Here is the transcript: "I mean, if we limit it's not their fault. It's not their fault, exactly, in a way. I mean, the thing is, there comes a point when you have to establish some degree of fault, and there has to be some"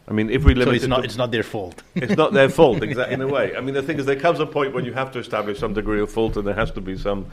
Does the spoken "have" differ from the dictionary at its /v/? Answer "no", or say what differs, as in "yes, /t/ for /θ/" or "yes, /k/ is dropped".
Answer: yes, /f/ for /v/